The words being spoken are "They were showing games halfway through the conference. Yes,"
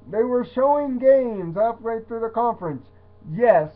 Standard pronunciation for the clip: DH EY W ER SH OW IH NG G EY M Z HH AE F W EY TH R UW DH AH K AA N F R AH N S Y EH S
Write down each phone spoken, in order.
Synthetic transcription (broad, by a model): DH EY W ER SH OW IH NG G EY M Z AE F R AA TH R UW DH AH K AA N F R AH N S Y EH S